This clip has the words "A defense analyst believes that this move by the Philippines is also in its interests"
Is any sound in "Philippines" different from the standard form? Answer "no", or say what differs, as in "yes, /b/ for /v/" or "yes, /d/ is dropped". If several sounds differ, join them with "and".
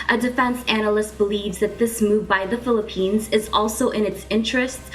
no